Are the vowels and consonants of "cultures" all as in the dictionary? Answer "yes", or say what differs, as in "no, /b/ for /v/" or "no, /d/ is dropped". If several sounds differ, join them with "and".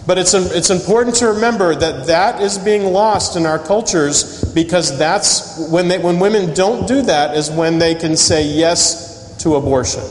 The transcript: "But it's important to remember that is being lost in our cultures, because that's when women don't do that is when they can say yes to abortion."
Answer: yes